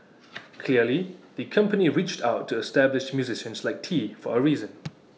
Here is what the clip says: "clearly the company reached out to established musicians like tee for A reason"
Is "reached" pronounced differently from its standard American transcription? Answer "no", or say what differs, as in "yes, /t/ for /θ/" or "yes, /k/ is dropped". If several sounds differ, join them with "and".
no